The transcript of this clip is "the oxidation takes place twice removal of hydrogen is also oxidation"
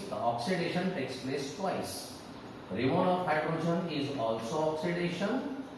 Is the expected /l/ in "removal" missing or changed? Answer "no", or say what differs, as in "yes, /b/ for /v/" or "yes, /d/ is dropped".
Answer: yes, /n/ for /l/